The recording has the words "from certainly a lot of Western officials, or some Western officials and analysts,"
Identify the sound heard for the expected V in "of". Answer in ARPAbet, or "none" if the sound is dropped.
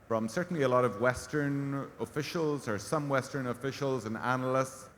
V